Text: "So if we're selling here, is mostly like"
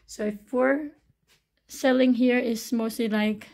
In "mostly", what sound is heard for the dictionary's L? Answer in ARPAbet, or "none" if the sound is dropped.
L